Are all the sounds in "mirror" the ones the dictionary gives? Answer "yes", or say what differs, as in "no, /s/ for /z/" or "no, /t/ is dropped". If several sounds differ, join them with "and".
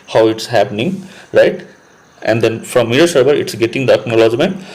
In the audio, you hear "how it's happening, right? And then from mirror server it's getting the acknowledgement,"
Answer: no, /ɹ/ is dropped